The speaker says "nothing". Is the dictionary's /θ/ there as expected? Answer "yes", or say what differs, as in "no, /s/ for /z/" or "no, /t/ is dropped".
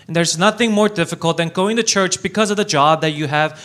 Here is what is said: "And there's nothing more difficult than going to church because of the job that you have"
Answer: yes